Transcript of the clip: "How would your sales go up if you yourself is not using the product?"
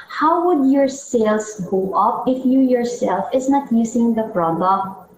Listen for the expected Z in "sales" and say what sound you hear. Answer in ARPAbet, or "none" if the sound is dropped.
S